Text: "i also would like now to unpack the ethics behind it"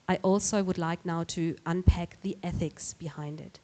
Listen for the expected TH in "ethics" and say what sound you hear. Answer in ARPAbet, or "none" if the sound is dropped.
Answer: TH